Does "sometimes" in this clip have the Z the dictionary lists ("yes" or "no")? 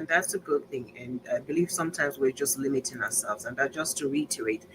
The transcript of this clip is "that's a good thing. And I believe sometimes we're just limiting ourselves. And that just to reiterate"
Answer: yes